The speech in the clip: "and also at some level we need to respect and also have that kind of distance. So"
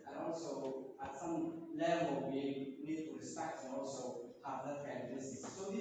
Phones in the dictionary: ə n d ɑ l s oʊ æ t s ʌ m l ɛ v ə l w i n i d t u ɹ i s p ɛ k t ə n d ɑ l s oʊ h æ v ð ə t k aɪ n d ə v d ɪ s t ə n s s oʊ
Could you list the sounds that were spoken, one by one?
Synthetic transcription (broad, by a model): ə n ɑ l s oʊ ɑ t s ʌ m l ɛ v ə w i n i d t u ɹ i s p ɛ k t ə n ɑ l s oʊ h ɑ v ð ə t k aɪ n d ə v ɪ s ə s s oʊ